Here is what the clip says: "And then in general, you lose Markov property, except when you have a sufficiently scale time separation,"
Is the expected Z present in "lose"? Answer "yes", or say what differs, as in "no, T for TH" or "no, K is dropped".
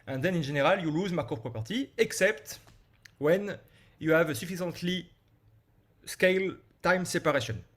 yes